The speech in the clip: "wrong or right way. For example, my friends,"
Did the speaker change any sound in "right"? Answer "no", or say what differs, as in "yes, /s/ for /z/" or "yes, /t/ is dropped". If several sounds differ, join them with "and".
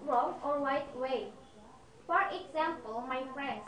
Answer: yes, /w/ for /ɹ/